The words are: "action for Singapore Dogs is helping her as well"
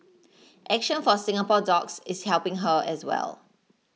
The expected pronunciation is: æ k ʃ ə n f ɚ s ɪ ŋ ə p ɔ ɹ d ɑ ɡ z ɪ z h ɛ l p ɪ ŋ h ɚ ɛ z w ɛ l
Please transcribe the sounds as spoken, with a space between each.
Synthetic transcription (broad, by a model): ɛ k ʃ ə n f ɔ s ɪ ŋ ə p ɔ d ɑ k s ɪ s h ɛ l p ɪ ŋ h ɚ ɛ s w ɛ l